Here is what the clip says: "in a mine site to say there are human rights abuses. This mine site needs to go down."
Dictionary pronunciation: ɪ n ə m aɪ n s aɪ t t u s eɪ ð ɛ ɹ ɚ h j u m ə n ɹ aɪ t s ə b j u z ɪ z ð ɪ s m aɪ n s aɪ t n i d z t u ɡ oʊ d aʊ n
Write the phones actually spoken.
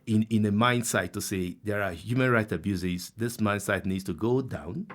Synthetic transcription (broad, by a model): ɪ n ə m aɪ n s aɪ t t u s eɪ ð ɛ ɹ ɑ h j u m ə n ɹ aɪ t ə b j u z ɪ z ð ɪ s m aɪ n s aɪ t n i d s t u ɡ oʊ d aʊ n